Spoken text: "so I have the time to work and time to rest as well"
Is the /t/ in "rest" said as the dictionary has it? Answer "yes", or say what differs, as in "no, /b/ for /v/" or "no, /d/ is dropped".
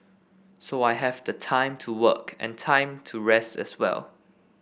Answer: yes